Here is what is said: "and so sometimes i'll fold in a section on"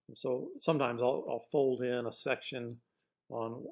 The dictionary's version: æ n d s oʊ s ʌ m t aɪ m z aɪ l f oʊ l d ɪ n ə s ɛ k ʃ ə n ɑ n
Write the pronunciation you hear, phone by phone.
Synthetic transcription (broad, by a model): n s oʊ s ʌ m t aɪ m z aɪ l f oʊ l d ɪ n ə s ɛ k ʃ ə n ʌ n